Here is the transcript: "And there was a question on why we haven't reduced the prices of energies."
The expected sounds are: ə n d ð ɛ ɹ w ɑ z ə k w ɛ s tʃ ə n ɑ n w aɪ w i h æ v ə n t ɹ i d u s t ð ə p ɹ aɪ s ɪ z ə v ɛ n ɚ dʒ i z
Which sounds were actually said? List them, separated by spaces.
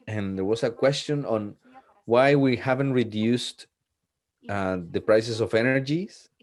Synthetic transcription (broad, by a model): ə n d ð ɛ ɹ w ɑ s ə k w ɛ s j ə n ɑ n w aɪ w i h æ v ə n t ɹ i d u s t ð ə p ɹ aɪ s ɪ s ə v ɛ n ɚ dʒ i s